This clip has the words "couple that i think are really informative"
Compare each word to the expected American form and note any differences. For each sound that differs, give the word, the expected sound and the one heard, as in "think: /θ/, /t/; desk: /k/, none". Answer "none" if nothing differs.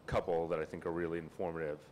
none